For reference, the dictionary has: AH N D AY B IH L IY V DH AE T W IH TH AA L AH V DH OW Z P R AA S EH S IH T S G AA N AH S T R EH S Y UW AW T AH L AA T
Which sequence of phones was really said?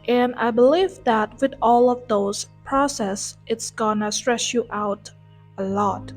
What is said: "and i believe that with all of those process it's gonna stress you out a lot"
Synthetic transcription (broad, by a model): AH N AY B IH L IY V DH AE T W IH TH AA L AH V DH OW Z P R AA S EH S IH T S G AA N AH S T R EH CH Y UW AW T AH L AA T